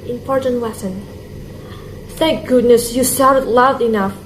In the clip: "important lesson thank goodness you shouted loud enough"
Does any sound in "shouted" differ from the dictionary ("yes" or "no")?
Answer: yes